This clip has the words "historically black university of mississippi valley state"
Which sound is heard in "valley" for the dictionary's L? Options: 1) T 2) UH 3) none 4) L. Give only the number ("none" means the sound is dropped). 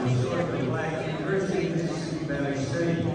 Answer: 3